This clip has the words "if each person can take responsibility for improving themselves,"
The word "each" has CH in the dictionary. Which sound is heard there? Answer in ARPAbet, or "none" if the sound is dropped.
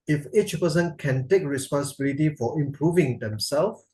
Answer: CH